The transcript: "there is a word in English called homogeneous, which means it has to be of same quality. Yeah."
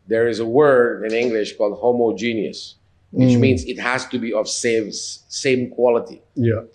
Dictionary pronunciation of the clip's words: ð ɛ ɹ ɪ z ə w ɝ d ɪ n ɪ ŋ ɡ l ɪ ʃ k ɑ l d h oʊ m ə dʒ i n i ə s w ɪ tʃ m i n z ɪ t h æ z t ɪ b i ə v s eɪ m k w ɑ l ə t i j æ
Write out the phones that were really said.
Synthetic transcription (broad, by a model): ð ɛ ɹ ɪ z ə w ɝ d ɪ n ɪ ŋ ɡ l ɪ ʃ k ɑ l d h oʊ m ə dʒ i n i ə s w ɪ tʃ m i n z ɪ t h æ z t ɪ b i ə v s eɪ m k w ɑ l ə t i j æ